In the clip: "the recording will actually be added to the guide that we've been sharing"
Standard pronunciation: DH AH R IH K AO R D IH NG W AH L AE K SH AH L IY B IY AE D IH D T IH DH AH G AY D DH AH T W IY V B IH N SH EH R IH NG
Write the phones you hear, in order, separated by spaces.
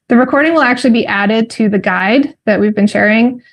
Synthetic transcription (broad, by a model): DH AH R IH K AO R D IH NG W AH L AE K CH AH L IY B IY AE D IH D T IH DH AH G AY D DH AH T W IY V B IH N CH EH R IH NG